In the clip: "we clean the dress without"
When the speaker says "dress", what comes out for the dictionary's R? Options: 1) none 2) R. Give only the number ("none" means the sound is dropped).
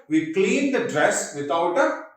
2